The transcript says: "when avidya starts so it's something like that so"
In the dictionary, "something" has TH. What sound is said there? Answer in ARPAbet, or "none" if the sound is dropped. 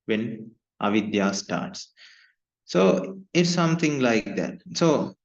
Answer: T